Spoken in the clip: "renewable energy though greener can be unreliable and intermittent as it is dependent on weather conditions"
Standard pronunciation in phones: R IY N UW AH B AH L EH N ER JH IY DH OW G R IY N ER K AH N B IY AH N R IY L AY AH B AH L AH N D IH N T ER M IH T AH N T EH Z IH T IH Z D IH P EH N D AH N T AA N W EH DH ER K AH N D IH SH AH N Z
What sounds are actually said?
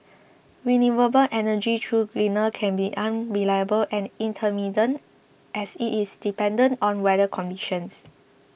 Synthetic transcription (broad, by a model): W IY N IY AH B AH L EH N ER JH IY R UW G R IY N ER K AH N B IY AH N R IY L AY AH B AH L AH N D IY N T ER M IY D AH N T EH S IH T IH S D IH P EH N D AH N T AA N W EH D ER K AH N D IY SH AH N S